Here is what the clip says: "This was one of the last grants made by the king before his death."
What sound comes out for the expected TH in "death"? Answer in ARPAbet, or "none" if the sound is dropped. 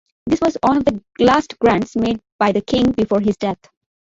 T